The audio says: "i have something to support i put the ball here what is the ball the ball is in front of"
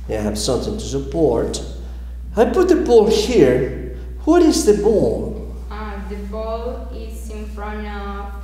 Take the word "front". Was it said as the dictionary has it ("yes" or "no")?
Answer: no